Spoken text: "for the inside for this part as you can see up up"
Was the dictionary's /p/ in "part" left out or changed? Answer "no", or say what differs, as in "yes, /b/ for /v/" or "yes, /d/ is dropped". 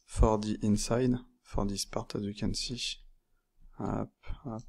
no